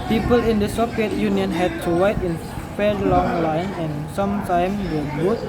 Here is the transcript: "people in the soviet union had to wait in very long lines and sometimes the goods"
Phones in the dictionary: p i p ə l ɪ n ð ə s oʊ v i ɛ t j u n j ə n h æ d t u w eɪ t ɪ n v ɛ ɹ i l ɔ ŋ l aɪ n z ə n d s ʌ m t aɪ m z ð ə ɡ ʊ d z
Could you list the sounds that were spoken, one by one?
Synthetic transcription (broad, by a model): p i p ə l ɪ n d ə s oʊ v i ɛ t j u n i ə n h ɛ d t u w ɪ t ɪ n f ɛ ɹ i l ɔ ŋ l aɪ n ə n s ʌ m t aɪ m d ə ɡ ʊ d